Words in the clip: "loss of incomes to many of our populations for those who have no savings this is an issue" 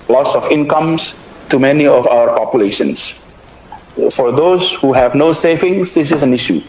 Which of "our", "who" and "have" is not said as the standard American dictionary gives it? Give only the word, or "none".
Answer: none